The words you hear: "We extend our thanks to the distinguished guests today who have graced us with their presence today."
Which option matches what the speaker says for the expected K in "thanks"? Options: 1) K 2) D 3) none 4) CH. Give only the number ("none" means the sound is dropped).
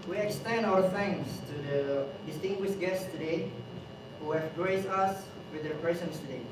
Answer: 3